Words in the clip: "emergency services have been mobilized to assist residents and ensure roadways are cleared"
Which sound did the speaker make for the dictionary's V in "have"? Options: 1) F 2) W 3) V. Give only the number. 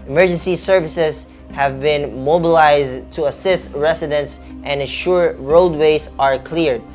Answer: 3